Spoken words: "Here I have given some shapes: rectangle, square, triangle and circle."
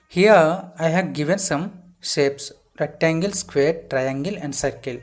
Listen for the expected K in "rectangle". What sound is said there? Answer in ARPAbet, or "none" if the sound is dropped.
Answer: none